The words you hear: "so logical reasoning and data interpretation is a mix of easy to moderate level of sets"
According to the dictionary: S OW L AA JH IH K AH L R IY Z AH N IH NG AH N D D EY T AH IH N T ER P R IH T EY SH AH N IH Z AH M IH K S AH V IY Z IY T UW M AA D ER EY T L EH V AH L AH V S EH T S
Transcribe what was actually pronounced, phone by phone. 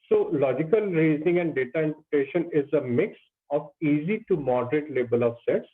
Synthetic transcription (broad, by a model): S OW L AA JH IH K AH L R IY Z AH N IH NG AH N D D EY T AH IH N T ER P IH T EY SH AH N IH Z AH M IH K S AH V IY Z IY T UW M AA D ER EY T L EH B AH L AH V S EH T S